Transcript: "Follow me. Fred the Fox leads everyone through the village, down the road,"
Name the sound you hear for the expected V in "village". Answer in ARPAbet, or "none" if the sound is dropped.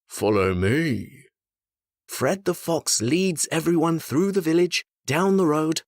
V